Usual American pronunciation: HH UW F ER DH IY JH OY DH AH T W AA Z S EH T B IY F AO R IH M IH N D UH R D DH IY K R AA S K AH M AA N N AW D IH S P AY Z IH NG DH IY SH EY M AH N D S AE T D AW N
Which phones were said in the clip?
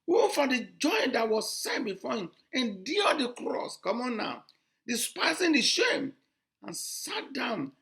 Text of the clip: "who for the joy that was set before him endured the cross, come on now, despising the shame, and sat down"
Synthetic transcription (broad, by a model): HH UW F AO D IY JH OY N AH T W AA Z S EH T B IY F AO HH IH M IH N D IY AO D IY K R AA S K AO M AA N N AW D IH S P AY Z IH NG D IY SH EY M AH N S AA T D AW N